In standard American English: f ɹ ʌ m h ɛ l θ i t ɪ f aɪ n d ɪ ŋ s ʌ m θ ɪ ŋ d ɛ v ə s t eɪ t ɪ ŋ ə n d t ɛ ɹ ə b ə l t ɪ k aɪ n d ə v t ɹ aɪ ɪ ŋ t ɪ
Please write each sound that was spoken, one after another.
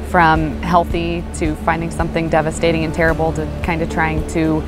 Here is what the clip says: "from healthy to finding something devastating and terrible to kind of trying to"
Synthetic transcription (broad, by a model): f ɹ ʌ m h ɛ l θ i t ɪ f aɪ n d ɪ ŋ s ʌ m θ ɪ ŋ d ɛ v ə s t eɪ t ɪ ŋ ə n t ɛ ɹ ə b l t ɪ k aɪ n d ə v t ɹ aɪ ɪ ŋ t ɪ